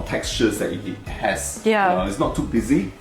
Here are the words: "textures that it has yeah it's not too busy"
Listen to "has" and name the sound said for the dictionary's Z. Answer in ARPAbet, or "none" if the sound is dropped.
S